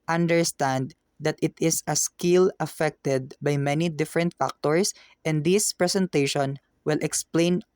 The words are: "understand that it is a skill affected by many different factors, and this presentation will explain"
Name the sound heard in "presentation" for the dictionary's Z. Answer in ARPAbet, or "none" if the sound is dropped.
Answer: S